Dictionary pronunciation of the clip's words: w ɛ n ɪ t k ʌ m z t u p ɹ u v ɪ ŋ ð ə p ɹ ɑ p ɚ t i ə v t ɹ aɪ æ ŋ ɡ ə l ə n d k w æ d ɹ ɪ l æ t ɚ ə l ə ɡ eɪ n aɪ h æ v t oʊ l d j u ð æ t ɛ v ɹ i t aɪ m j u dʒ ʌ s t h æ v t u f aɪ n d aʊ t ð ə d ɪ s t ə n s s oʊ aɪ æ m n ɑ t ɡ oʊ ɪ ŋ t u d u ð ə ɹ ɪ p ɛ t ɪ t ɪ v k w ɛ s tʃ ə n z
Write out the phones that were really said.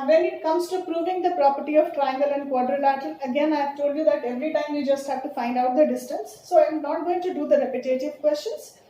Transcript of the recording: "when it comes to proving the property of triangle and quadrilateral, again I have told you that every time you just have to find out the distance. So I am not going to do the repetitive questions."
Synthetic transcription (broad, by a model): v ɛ n ɪ t k ʌ m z t u p ɹ u v ɪ ŋ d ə p ɹ ɑ p ɚ t i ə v t ɹ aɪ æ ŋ ɡ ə l ə n d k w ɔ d ɹ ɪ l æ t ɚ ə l ə ɡ eɪ n aɪ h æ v t oʊ l d j u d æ t ɛ v ɹ i t aɪ m j u dʒ ʌ s t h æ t t u f aɪ n d aʊ t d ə d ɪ s t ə n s s oʊ aɪ m n ɑ t ɡ oʊ ɪ ŋ t u d u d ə ɹ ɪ p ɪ t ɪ t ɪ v k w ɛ s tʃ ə n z